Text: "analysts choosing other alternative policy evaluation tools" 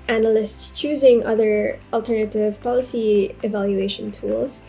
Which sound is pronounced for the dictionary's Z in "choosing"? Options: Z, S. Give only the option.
Z